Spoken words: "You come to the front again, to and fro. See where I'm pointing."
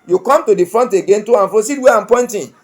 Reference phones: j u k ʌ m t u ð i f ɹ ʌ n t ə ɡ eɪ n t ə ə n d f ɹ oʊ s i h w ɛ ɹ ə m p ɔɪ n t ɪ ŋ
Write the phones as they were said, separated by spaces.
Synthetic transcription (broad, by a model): j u k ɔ m t u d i f ɹ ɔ n t ə ɡ eɪ n t ə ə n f oʊ s i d w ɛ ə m p ɔɪ n t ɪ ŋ